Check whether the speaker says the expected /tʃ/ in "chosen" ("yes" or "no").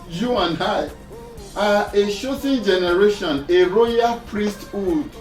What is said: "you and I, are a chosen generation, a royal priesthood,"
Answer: no